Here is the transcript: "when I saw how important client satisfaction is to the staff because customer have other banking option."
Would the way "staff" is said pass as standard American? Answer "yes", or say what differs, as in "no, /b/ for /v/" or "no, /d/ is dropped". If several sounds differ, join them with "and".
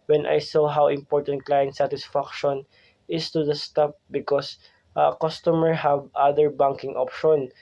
no, /p/ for /f/